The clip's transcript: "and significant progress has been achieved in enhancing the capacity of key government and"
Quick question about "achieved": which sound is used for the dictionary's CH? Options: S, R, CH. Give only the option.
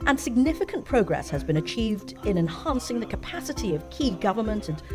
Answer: CH